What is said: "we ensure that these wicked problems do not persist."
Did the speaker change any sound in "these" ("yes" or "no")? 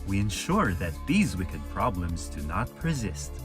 no